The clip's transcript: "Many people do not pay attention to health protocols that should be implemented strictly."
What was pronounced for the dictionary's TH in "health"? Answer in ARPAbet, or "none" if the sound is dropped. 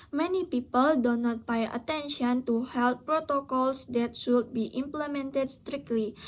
T